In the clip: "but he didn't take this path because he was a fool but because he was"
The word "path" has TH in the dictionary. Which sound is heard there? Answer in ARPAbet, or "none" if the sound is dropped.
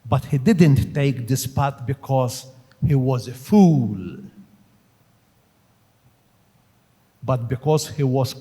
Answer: T